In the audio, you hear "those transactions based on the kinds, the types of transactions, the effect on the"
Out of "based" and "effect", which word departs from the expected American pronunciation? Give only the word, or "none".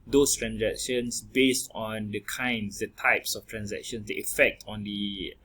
none